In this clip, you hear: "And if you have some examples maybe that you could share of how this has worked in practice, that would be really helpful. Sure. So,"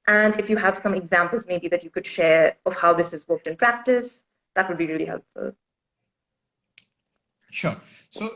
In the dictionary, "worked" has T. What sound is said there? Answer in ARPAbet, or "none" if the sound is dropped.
T